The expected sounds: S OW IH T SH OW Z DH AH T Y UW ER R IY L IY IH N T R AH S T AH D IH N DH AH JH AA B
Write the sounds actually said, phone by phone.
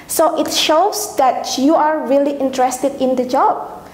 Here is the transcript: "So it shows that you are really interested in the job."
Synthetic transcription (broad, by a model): S OW IH T SH OW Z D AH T Y UW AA R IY L IY IH N T R AH S T AH D IH N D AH JH AA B